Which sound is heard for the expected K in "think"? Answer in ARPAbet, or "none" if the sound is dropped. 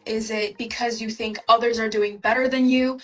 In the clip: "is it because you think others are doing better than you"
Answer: K